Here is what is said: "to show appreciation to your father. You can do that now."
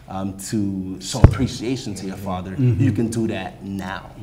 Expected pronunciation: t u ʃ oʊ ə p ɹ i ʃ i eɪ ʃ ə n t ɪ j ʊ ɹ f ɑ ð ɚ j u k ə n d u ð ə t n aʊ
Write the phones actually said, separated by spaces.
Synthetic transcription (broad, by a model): t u s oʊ ə p ɹ i ʃ i eɪ ʃ ə n t ɪ j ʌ ɹ f ɑ ð ɚ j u k ə n d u ð ə t n aʊ